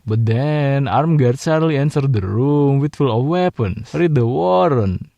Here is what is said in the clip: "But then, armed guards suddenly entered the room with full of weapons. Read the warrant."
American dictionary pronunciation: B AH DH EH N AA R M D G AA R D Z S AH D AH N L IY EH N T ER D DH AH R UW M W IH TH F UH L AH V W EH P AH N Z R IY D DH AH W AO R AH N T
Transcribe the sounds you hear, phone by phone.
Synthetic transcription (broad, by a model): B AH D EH N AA R M G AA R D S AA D L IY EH N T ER D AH R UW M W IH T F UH L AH F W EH P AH N R IY D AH W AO R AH N